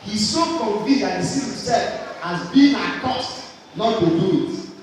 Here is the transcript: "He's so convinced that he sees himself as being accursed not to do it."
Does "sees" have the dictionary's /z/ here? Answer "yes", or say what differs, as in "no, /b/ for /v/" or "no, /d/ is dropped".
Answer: no, /z/ is dropped